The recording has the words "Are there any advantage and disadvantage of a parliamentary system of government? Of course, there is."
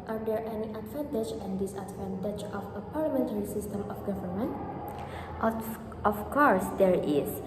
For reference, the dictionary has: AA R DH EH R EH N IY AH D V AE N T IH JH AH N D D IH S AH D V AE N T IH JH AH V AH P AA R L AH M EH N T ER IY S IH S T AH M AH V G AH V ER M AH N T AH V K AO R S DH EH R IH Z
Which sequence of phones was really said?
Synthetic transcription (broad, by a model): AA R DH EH R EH N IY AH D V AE N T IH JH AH N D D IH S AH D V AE N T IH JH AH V AH P AA R L AH M EH N T ER IY S IH S T AH M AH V G AH V ER M AH N T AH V K AO R S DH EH R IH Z